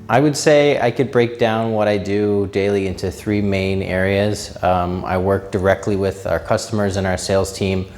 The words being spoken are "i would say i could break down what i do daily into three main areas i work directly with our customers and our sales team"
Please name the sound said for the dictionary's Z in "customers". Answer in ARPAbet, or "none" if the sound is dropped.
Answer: Z